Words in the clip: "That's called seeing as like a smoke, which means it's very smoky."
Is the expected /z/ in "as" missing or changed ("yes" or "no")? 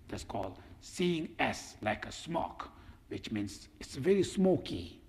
yes